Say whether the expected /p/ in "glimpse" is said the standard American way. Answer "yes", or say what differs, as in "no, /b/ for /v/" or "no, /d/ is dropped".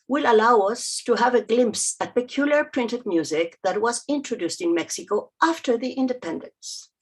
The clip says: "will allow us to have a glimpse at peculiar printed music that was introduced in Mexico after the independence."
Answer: yes